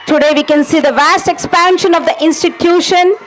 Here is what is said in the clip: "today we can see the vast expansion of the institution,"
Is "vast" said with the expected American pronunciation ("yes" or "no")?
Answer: yes